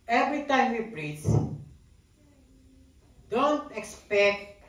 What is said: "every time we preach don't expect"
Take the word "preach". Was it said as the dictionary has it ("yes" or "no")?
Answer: no